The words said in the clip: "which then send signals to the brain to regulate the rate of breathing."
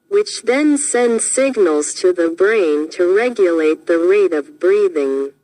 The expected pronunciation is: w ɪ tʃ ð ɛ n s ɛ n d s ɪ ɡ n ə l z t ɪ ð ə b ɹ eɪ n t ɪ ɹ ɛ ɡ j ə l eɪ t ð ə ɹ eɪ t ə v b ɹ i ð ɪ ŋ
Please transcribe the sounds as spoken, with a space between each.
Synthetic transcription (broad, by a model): w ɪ tʃ ð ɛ n s ɛ n d s ɪ ɡ n l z t ɪ ð ə b ɹ eɪ n t ɪ ɹ ɛ ɡ j ə l eɪ t ð ə ɹ eɪ t ə v b ɹ i ð ɪ ŋ